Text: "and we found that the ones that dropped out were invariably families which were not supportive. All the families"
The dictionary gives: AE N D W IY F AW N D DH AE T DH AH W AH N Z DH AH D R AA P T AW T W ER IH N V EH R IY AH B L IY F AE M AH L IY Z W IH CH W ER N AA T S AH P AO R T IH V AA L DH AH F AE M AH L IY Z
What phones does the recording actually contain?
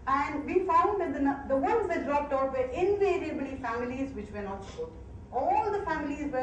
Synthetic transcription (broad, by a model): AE N D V IY F AW N D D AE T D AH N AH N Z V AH D R AA P T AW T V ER IH N V EH R IY AH B L IY F AE M AH L IY Z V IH CH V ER N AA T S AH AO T AA L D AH F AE M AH L IY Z